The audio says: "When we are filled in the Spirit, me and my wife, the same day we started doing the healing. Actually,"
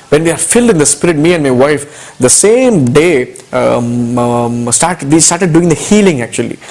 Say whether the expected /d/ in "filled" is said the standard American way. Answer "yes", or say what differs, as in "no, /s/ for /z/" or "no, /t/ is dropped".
yes